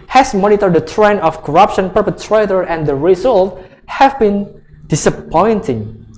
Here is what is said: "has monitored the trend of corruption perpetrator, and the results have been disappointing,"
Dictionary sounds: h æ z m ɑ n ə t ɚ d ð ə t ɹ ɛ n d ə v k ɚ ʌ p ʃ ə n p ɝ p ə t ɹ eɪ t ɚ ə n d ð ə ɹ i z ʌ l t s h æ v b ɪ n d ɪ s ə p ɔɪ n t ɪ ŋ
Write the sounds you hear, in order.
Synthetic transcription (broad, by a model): h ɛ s m ɑ n ə t ɚ d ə t ɹ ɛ n ə f k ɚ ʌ p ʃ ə n p ɝ p ə t ɹ eɪ t ɚ ə n d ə ɹ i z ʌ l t h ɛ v b ɪ n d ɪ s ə p ɔɪ n t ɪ ŋ